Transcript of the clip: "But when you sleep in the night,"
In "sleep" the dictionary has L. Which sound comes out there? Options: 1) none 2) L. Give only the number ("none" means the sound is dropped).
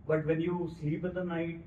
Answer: 1